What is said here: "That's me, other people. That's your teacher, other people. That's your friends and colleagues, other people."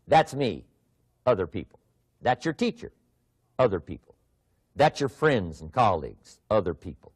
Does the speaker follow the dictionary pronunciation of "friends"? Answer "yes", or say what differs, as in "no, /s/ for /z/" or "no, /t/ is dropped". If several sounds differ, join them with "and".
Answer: yes